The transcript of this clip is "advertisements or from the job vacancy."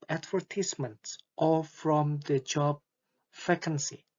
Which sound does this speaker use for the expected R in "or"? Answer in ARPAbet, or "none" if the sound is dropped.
L